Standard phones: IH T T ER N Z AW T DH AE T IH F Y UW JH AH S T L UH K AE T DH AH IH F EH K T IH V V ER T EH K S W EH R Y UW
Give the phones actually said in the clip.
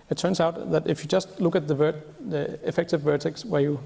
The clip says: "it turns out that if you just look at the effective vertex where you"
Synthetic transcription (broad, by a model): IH T T ER N S AW T DH AE T IH F Y UW JH AH S T L UH K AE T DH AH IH F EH K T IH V V ER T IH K S W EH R Y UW